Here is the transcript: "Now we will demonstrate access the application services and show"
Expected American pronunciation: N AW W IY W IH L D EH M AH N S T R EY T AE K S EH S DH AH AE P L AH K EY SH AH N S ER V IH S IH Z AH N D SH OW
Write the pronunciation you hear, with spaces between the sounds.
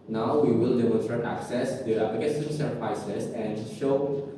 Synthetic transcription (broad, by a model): N AW W IY W IH L D EH M AH N S T R EY T AE K S EH S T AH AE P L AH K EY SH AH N S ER P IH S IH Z AH N D SH OW